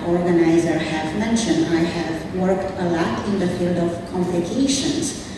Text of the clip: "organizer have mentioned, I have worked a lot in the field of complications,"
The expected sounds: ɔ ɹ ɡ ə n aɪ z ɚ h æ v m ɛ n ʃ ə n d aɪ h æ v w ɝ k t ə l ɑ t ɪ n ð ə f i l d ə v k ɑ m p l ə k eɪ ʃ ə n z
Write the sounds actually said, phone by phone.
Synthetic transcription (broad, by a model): ɔ ɹ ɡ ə n aɪ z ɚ h æ v m ɛ n ʃ ə n d aɪ h æ v w ɝ k t ə l ɑ t ɪ n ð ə f i l d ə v k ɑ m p l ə k eɪ ʃ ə n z